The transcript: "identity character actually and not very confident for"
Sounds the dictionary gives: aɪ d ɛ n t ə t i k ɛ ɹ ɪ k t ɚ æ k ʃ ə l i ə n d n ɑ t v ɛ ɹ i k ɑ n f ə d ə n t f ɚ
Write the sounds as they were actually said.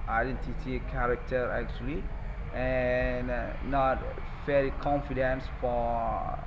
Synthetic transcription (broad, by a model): aɪ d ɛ n t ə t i k ɛ ɹ ɪ k t ɚ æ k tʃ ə l i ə n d n ɑ t f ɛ l i k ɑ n f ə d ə n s f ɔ